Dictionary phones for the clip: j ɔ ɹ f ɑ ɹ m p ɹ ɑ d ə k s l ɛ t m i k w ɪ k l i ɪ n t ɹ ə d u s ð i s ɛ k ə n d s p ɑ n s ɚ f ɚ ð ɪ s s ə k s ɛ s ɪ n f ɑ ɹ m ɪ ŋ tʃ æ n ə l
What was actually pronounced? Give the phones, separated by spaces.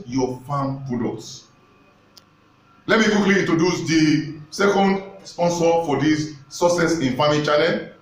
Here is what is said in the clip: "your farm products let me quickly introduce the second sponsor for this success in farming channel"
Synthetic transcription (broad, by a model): j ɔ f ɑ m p u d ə s l ɛ t m i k w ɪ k l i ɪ n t ɹ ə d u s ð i s ɛ k ə n d s p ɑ n s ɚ f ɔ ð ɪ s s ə s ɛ s ɪ n f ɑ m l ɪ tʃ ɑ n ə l